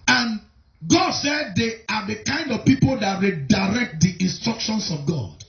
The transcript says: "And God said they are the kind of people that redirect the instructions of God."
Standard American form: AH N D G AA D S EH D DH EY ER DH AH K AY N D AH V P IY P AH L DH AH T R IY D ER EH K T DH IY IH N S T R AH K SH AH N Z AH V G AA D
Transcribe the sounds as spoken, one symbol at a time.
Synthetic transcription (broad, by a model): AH N G AA D S EH D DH EY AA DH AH K AY N D AH V P IY P AH L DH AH T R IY D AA EH K T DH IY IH N S T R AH K SH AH N S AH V G AA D